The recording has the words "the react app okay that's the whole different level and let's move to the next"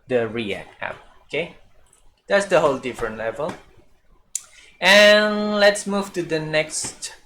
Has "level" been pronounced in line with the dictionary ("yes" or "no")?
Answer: yes